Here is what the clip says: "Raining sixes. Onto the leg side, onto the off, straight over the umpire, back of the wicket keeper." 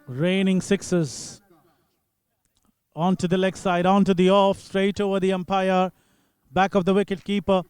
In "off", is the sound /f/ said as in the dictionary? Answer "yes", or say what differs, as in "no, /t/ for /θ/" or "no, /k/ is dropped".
yes